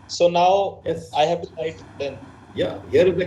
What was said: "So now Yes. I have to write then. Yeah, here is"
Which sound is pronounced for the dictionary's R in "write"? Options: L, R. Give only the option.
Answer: L